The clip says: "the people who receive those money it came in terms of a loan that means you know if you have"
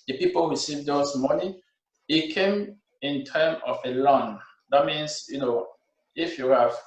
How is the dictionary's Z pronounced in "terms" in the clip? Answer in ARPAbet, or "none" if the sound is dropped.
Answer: none